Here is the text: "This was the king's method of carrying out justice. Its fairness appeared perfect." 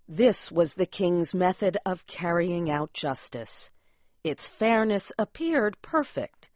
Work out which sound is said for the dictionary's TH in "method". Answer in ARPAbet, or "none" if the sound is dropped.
TH